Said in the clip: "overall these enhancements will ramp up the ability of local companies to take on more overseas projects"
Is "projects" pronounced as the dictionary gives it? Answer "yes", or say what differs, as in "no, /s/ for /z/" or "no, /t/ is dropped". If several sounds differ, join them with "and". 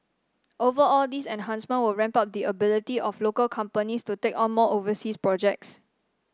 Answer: yes